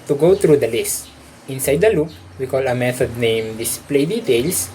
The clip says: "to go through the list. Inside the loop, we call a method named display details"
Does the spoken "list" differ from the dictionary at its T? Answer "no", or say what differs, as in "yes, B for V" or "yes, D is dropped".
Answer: no